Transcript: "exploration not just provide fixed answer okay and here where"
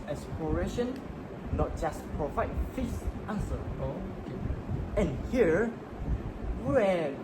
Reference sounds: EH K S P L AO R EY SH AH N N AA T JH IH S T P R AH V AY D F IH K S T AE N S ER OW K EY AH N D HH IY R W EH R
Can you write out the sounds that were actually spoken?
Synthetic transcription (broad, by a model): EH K S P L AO R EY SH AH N N AA T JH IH S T P R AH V AY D F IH S T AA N S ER OW K EY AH N HH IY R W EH